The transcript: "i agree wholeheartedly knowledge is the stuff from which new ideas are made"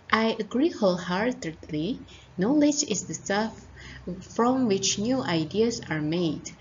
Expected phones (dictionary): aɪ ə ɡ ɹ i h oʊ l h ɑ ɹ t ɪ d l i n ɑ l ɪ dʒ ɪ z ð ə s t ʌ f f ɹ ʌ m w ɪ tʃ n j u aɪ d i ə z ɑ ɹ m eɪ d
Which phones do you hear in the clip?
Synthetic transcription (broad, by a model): aɪ ə ɡ ɹ i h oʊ l h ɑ ɹ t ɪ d l i n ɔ l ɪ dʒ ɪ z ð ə s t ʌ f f ɹ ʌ m w ɪ tʃ n j u aɪ d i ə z ɑ ɹ m eɪ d